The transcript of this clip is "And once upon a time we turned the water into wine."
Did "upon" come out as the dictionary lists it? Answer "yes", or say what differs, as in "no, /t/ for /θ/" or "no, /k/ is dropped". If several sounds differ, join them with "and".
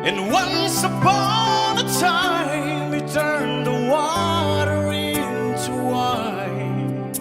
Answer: no, /b/ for /p/